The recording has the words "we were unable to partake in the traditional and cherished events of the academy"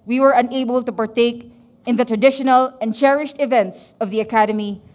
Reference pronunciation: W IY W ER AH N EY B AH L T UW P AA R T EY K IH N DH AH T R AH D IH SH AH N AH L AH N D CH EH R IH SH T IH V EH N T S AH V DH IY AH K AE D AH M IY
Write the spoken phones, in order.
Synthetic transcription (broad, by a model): W IY W ER AH N EY B AH L T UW P AA R T EY K IH N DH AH T R AH D IH SH AH N AH L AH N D CH EH R IH SH T IH V EH N T S AH V DH IY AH K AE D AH M IY